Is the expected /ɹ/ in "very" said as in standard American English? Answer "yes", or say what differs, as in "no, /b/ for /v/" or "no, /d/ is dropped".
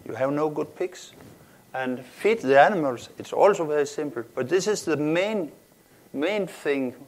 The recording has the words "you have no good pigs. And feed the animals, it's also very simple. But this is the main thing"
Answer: yes